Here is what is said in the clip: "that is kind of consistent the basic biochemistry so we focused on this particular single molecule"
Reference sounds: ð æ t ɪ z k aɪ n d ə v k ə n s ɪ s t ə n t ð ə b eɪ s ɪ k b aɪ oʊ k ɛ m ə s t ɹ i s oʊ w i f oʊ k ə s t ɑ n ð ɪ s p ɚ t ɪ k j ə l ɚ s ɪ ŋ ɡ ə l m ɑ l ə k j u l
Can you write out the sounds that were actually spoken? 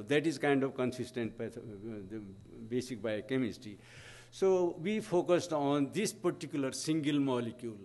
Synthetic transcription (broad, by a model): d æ t ɪ z k aɪ n d ə v k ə n s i s t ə n t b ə b eɪ s ɪ k b aɪ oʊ k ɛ m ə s t i s oʊ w i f oʊ k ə s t ɑ n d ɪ s p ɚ t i k j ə l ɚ s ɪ ŋ ɡ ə l m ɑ l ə k j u l